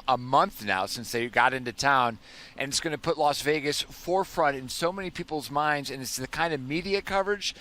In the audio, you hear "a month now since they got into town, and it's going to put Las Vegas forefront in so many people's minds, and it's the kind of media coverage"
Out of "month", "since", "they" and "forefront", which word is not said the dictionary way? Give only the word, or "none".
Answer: none